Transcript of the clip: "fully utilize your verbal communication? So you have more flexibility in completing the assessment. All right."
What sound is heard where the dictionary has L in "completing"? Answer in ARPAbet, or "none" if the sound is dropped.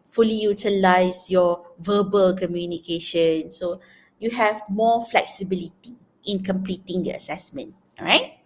L